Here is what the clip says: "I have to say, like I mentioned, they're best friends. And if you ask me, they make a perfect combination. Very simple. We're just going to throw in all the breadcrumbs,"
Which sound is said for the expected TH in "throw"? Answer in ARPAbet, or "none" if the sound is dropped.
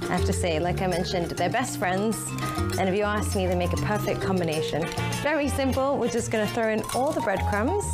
TH